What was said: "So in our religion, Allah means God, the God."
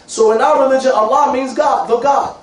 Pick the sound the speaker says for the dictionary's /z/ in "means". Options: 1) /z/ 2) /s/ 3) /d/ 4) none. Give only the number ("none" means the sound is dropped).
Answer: 1